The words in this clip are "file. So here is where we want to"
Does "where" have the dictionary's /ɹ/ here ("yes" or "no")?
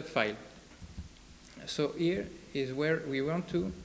yes